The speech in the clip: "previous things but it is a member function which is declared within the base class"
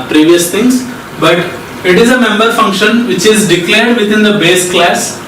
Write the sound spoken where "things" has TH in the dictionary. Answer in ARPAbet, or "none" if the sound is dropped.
T